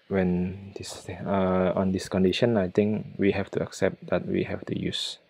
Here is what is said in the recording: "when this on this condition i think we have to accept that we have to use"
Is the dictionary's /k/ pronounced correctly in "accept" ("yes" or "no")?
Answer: yes